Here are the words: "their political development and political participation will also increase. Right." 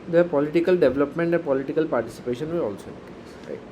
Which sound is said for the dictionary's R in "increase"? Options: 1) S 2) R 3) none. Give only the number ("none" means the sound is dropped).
3